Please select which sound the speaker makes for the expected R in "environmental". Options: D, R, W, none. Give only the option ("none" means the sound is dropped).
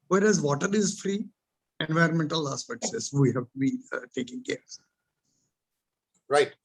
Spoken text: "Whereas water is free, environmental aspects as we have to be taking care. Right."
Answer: R